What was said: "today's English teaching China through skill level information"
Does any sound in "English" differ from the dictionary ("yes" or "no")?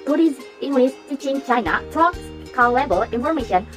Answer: yes